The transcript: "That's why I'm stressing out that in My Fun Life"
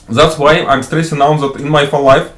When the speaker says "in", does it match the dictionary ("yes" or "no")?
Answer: yes